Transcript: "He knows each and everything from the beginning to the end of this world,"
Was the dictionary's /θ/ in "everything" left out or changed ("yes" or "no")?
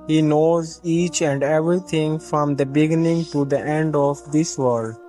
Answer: yes